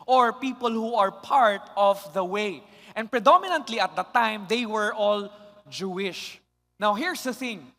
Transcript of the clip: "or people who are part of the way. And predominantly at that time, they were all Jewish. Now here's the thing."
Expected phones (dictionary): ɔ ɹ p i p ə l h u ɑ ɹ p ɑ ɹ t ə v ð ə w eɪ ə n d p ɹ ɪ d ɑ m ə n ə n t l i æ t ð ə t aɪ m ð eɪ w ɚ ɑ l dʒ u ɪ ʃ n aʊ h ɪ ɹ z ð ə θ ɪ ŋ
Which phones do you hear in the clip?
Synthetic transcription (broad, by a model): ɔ ɹ p i p ə l h u ɑ ɹ p ɑ ɹ t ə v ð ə w eɪ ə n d p ɹ ɪ d ɑ m ə n ə n t l i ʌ t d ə t aɪ m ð eɪ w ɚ ɑ l dʒ u ɪ ʃ n aʊ h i ɹ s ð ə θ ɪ ŋ